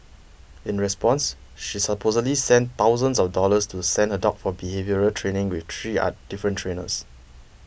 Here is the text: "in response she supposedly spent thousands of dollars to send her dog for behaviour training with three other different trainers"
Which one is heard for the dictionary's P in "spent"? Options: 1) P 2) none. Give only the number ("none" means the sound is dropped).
2